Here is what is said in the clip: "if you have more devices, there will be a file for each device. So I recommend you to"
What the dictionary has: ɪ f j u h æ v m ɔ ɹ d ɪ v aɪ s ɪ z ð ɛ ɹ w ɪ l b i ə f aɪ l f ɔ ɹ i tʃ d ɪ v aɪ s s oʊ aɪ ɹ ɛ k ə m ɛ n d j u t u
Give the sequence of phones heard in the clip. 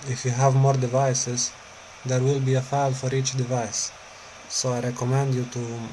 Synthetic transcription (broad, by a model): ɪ f j u h æ v m ɔ ɹ d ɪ v aɪ s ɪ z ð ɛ ɹ w ɪ l b i ə f aɪ l f ɔ ɹ i tʃ d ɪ v aɪ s s oʊ aɪ ɹ ɛ k ə m ɛ n d j u t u